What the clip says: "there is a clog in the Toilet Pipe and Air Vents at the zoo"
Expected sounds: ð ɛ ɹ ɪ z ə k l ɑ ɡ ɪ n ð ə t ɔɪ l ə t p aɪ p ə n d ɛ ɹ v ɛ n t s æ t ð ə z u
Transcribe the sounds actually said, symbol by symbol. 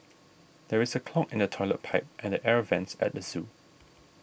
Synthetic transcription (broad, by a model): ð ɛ ɹ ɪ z ə k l ɑ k ɪ n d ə t ɔɪ l ə t p aɪ p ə n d ɛ ɹ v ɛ n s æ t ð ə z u